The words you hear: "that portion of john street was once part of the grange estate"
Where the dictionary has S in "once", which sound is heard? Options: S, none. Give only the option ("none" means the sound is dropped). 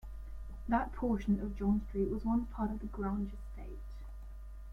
none